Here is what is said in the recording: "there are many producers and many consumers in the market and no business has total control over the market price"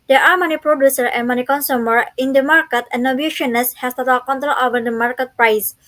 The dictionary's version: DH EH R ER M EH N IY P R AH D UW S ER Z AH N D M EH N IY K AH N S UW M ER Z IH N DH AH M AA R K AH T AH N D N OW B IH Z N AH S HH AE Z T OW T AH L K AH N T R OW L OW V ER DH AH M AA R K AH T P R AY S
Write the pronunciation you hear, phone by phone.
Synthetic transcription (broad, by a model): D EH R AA M EH N IY P R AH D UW S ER AH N M EH N IY K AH N S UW M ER IH N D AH M AA R K AH T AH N N OW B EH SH N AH S HH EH S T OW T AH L K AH N T R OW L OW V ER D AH M AA R K AH T P R AY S